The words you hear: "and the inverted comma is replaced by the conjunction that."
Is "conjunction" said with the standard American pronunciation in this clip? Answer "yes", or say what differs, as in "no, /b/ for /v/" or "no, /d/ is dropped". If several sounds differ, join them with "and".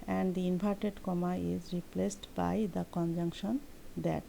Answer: yes